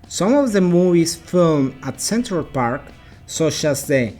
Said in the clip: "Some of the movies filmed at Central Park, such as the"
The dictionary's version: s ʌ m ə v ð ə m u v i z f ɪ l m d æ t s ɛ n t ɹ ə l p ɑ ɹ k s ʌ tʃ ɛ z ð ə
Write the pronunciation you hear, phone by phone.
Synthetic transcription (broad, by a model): s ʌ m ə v ð ə m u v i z f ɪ l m æ t s ɛ n t ɹ ə l p ɑ ɹ k s ʌ tʃ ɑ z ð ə